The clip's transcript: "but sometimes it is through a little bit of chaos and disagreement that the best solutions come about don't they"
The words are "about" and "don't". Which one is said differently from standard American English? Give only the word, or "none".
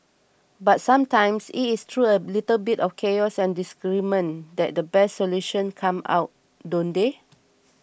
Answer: about